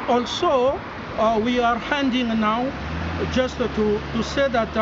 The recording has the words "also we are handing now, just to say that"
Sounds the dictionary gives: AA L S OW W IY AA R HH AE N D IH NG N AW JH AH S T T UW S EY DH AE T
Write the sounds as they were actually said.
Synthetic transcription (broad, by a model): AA L S OW W IY AA R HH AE N D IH NG N AW JH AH S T T UW S EY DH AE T